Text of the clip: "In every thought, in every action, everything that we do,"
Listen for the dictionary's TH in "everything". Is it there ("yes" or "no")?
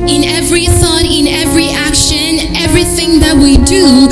yes